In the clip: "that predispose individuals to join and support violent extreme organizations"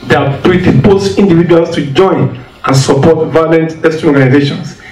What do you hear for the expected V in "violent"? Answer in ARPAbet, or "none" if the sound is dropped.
V